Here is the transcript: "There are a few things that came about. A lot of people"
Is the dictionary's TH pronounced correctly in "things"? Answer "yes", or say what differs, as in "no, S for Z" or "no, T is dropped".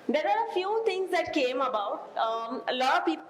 no, T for TH